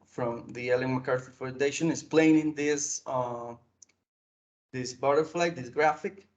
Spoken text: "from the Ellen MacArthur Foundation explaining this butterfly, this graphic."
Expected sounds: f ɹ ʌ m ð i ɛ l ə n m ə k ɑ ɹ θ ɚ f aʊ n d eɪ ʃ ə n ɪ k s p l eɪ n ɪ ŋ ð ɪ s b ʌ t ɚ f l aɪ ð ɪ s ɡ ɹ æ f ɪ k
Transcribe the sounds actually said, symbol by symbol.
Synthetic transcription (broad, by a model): f ɹ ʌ m ð i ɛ l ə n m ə k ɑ ɹ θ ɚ f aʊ n d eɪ ʃ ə n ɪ s p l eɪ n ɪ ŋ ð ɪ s b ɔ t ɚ f l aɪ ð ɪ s ɡ ɹ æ f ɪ k